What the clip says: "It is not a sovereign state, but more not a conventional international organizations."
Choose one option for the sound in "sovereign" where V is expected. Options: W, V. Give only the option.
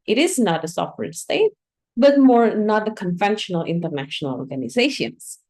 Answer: W